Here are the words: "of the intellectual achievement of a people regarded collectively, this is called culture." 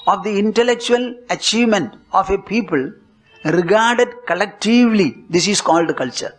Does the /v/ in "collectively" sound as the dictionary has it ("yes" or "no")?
yes